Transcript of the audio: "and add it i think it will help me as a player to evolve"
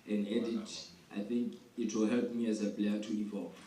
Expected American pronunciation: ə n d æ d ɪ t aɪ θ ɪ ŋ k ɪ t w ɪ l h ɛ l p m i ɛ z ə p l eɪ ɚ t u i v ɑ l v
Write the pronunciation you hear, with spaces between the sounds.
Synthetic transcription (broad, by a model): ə n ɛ d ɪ t aɪ θ ɪ ŋ k ɪ t w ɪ l h ɛ l p m i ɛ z ə p l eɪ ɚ t u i v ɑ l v